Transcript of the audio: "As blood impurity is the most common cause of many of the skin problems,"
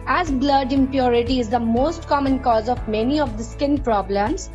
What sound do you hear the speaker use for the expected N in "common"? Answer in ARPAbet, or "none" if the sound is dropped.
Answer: N